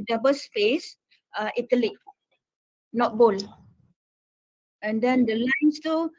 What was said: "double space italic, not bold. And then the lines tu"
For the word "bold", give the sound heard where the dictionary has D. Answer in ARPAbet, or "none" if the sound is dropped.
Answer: none